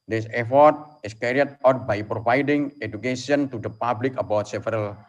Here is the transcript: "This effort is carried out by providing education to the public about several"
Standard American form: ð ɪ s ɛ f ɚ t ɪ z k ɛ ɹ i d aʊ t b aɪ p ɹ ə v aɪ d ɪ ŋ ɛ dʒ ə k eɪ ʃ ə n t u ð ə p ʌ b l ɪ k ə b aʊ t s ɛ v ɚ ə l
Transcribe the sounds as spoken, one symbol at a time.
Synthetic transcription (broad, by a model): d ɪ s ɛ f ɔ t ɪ s k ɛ ɹ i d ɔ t b aɪ p ɹ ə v aɪ d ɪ ŋ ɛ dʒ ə k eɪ s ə n t u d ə p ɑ b l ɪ k ə b aʊ t s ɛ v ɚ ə l